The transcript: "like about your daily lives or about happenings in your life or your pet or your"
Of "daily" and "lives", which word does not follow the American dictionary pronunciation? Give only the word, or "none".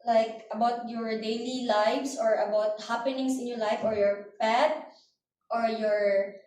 lives